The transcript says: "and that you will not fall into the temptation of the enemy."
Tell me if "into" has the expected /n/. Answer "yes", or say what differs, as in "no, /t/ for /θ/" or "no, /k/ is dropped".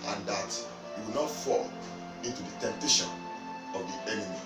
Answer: yes